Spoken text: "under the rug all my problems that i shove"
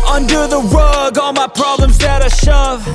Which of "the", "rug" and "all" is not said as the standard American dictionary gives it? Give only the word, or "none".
rug